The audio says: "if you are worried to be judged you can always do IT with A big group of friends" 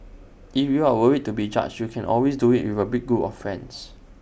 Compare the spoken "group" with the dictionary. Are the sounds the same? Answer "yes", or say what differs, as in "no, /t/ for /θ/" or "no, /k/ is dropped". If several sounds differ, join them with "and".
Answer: no, /ɹ/ is dropped